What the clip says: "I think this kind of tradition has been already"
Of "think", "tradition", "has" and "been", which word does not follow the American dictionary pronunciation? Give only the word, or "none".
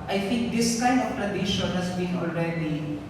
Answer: has